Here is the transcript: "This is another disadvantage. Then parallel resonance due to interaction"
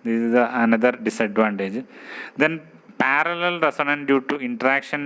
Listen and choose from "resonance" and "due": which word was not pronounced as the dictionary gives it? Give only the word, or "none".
resonance